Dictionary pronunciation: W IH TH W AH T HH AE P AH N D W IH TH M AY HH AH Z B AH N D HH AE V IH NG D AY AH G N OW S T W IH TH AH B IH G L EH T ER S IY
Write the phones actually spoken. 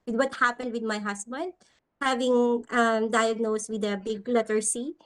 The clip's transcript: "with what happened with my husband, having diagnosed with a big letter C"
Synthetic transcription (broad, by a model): W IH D W AH T HH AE P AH N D W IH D M AY HH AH S B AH N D HH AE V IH NG D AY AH G N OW S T W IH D AH B IH G L EH T ER S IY